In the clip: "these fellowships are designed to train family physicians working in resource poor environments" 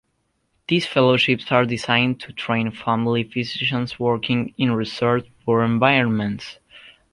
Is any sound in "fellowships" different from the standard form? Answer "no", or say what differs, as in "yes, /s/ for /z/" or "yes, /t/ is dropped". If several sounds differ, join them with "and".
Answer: no